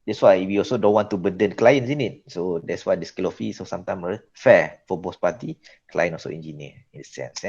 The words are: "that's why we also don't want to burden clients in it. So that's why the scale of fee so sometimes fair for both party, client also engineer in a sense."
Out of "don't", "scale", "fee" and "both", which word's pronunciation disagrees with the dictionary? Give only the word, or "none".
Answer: both